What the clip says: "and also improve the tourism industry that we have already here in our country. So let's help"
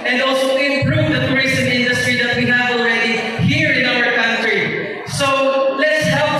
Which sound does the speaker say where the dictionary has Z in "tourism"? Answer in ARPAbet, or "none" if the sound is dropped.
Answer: S